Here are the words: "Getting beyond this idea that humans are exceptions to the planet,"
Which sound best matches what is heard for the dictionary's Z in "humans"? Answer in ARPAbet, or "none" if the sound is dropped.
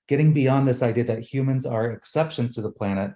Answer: Z